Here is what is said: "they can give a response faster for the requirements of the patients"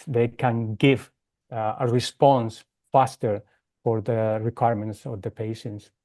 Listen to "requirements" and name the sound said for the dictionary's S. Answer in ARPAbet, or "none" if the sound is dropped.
S